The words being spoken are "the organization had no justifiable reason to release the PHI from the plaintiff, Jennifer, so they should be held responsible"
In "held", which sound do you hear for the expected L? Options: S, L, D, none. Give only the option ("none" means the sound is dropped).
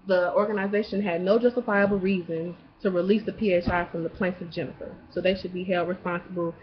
L